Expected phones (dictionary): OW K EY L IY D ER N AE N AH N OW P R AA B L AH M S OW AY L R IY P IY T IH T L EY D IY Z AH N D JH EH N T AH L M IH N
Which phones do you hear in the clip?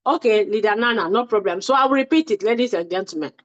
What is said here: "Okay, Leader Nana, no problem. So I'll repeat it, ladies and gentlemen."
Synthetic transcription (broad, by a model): OW K EY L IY D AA N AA N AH N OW P R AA B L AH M S OW AY W R IY P IY T IH T L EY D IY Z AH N JH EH N T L M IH N